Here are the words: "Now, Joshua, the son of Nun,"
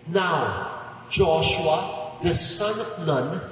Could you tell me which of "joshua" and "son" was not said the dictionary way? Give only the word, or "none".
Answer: none